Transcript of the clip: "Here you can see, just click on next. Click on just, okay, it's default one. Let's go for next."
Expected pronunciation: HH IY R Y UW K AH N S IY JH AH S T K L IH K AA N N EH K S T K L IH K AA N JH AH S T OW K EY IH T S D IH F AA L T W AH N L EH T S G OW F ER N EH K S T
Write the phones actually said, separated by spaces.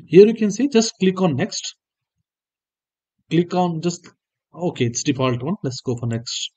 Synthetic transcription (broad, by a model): HH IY R Y UW K AH N S IY JH AH S T K L IH K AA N N EH K S T K L IH K AA N JH AH S T OW K EY IH T S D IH P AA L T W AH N L EH T S G OW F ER N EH K S T